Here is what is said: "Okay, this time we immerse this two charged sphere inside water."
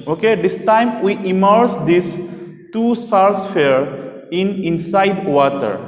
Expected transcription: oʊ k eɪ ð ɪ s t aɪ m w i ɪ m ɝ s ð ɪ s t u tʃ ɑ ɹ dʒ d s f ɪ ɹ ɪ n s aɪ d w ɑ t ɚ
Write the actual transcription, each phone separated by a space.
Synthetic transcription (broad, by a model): oʊ k eɪ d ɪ s t aɪ m w i ɪ m ɝ s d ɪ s t u s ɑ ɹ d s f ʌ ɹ ɪ n s aɪ d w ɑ t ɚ